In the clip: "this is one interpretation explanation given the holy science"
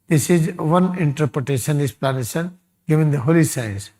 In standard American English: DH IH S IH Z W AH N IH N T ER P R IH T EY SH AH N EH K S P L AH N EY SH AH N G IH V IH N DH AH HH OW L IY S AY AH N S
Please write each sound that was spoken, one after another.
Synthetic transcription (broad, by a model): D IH S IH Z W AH N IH N T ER P R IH T EY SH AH N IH S P L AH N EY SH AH N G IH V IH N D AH HH OW L IY S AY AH N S